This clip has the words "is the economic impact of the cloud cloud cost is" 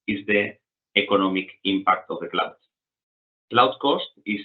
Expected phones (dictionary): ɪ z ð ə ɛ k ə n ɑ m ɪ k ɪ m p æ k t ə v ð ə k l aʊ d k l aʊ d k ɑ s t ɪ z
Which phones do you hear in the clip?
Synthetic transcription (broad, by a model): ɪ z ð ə ɛ k ə n ɑ m ɪ k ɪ m p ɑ k t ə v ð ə k l aʊ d k l aʊ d k ɑ s t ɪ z